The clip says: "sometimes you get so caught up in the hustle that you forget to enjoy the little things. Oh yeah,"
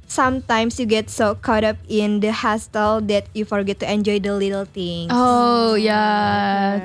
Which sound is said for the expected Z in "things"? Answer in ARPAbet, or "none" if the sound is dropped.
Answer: none